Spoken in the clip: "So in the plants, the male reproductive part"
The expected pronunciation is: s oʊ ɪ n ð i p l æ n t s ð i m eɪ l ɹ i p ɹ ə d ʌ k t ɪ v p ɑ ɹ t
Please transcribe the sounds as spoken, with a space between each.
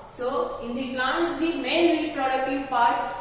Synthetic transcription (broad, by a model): s oʊ ɪ n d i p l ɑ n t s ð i m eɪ n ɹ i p ɹ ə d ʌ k t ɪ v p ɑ ɹ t